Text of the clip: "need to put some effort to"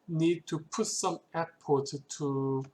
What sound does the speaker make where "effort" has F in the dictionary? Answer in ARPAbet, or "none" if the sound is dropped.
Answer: P